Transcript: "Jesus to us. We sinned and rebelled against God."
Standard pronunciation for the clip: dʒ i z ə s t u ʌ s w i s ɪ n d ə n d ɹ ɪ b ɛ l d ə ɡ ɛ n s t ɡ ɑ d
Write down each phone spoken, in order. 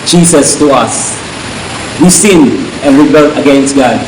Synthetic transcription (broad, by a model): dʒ i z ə s t u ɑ s w i s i n ə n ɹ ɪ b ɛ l ə ɡ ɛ n s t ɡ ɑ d